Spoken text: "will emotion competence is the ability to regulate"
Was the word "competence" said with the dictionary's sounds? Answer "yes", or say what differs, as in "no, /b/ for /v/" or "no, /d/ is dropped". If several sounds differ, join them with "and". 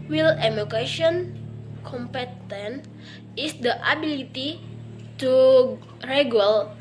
no, /s/ is dropped